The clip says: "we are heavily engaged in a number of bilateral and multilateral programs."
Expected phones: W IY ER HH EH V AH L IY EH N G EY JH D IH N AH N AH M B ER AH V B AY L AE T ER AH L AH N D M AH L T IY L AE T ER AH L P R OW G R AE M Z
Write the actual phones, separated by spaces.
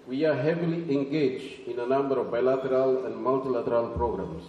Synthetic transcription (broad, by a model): W IY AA HH EH V AH L IY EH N G EY JH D IH N AH N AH M B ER AH V B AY L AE T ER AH L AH N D M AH L T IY L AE T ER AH L P R OW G R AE M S